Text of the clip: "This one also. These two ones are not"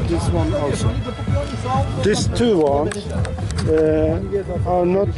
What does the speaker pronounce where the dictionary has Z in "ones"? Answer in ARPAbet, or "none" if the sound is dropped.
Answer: none